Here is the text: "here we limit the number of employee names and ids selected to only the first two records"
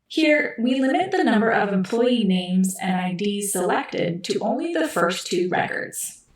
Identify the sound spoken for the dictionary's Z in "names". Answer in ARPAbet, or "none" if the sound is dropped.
Z